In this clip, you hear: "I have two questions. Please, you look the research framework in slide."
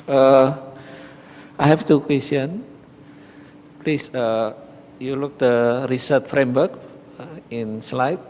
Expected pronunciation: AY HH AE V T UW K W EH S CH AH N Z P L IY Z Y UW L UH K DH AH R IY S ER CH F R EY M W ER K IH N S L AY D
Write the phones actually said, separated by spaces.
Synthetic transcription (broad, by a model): AY HH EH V T UW K W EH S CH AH N P L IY S Y UW L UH K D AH R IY S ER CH F R EY M W ER K IH N S L AY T